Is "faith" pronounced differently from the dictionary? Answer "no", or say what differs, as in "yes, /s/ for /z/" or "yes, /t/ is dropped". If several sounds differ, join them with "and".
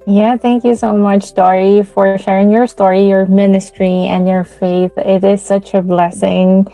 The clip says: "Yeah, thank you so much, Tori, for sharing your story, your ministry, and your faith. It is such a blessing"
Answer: no